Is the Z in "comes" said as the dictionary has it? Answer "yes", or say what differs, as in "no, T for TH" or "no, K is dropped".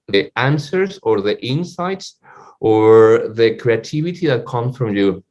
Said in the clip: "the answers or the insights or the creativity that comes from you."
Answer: no, S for Z